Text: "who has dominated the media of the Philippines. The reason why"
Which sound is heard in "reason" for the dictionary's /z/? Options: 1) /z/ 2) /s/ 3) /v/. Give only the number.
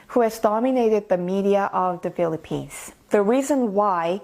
1